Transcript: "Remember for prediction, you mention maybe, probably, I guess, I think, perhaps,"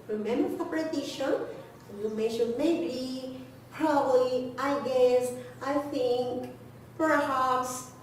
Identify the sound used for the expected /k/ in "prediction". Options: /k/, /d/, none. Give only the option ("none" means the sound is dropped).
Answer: none